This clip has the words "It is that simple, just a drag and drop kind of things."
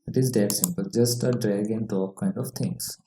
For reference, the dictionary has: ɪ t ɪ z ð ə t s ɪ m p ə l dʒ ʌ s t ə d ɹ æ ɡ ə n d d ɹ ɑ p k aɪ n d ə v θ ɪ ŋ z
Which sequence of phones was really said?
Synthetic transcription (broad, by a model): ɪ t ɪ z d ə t s ɪ m p ə l dʒ ʌ s t ə d ɹ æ ɡ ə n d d ɑ k aɪ n d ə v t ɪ ŋ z